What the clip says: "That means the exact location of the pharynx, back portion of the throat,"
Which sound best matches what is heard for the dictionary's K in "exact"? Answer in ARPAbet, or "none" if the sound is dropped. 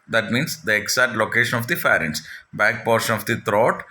none